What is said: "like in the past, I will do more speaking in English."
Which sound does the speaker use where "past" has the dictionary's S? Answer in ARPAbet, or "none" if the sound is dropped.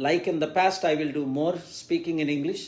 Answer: S